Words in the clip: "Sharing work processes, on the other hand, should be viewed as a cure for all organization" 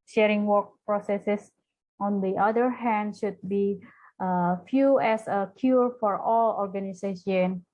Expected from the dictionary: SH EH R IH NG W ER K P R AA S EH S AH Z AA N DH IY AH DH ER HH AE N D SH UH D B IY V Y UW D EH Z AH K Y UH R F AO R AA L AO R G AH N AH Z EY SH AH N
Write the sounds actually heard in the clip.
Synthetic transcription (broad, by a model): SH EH R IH NG W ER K P R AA S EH S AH S AA N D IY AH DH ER HH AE N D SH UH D B IY F Y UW EH S AH K Y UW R F AO R AA L AO R G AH N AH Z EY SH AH N